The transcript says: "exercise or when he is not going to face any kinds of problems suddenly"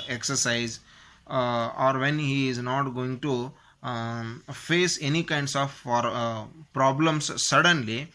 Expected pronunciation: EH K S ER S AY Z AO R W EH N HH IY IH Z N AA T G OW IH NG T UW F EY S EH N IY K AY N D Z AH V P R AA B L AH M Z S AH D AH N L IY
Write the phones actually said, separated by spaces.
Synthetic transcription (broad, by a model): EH K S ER S AY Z AO R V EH N HH IY IH Z N AA T G OW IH NG T UW F EY S EH N IY K AY N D S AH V P R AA B L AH M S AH D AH N L IY